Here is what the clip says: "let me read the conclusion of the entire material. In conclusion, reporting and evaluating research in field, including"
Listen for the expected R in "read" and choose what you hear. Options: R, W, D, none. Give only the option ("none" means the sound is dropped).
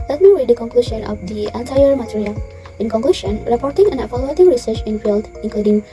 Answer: W